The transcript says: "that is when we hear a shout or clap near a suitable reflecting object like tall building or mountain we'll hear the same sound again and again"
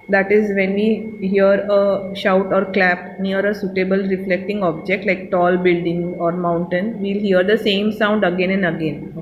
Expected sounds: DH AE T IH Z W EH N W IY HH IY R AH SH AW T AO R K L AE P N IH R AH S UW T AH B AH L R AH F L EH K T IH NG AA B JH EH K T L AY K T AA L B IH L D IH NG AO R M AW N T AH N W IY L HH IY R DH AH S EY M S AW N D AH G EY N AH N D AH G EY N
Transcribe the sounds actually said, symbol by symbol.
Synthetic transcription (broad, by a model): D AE T IH Z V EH N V IY HH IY R AH SH AW T AO R K L AE P N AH R AH S UW T AH B AH L R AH F L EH K T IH NG AA B JH EH K T L AY K T AA L B IH L D IH NG AO R M AW N T AH N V IY L HH IY R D AH S EY M S AW N D AH G EY N AH N D AH G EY N